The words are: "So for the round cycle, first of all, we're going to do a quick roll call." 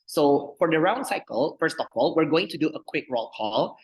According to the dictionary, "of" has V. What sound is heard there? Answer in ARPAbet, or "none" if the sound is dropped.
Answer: P